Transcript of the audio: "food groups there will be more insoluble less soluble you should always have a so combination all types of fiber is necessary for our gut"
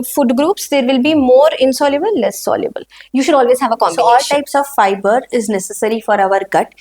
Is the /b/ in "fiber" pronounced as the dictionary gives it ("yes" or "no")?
yes